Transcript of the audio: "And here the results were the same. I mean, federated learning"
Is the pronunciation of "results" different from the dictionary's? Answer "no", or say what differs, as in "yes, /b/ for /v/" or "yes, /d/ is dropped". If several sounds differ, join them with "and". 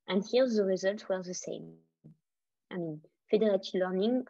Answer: no